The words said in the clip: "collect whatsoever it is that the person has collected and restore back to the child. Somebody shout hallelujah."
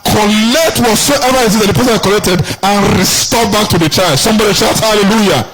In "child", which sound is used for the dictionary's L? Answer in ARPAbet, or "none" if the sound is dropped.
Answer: none